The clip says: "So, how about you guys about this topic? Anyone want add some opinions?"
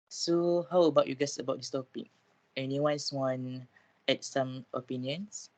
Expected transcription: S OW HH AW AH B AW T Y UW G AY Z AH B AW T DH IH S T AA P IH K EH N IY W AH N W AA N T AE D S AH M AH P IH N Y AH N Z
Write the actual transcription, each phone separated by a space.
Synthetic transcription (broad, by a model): S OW HH AW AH B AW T Y UW G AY S AH B AW T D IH S T AA P IH K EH N IY W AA N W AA N EH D S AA M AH P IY N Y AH N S